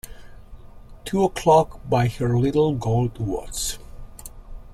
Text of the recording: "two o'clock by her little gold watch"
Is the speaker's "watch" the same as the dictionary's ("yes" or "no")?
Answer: no